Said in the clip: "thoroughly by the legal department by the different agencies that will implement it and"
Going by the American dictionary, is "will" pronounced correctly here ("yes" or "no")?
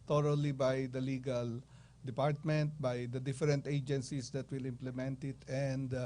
yes